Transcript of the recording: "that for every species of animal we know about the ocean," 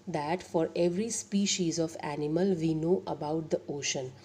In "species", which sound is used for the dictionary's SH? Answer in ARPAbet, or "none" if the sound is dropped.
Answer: SH